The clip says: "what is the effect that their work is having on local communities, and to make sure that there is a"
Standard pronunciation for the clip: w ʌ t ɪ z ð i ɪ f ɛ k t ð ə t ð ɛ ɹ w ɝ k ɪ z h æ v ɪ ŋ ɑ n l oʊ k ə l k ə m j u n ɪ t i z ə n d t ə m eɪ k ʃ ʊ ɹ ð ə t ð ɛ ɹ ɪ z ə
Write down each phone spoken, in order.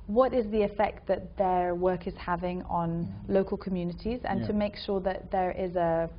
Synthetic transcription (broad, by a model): w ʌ t ɪ z ð i ɪ f ɛ k t ð ə t ð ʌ w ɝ k ɪ z h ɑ v ɪ ŋ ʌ n l oʊ k ə l k ə m j u n ɪ t i z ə n t ə m eɪ k ʃ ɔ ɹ ð ə t ð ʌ ɹ ɪ z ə